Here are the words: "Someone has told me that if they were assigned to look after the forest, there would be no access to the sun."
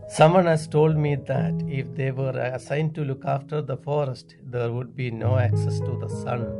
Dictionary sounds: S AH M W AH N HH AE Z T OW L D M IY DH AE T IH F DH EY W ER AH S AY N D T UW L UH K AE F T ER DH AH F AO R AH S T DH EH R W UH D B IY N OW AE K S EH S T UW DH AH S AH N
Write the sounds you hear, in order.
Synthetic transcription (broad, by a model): S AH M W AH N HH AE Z T OW L D M IY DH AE T IH F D EY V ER AH S AY N D T UW L UH K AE F T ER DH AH F AO R AH S T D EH R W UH D B IY N OW AE K S EH S T UW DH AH S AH N